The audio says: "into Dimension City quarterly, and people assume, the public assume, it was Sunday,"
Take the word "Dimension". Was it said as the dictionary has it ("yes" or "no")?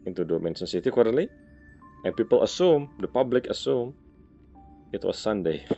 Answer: no